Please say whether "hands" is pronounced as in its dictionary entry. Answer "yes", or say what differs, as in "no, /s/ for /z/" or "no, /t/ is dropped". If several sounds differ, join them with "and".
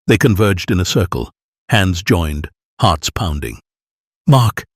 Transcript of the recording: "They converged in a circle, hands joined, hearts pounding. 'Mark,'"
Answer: yes